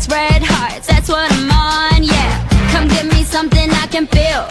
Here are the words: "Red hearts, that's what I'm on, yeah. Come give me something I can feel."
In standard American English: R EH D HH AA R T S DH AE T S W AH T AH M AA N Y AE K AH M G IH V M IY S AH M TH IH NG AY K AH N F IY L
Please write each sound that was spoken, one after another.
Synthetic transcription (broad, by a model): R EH D HH AA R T DH AE T S W AH T AH M AA N Y AE K AH M G IH V M IY S AH M TH IH NG AY K AH N F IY L